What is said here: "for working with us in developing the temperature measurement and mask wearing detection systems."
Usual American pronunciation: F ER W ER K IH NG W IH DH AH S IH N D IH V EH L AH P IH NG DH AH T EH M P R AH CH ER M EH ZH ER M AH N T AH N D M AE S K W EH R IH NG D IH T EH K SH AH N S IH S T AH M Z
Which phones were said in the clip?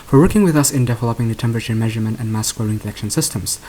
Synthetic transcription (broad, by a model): F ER W ER K IH NG W IH DH AH S IH N D IH V EH L AH P IH NG DH AH T EH M P R AH CH ER M EH ZH ER M AH N T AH N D M AE S K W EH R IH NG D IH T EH K SH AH N S IH S T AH M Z